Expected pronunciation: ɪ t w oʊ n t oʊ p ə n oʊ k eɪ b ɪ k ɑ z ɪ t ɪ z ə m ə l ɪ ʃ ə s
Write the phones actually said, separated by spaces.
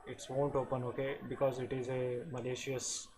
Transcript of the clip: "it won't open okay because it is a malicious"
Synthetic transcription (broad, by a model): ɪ t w oʊ n t oʊ p ə n oʊ k eɪ b ɪ k ɑ z ɪ t ɪ z ə m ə l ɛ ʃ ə s